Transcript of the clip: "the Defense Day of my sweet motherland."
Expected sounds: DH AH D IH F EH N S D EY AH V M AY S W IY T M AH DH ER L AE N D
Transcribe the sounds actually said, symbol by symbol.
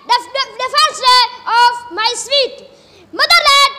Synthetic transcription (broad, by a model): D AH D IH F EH S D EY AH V M AY S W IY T M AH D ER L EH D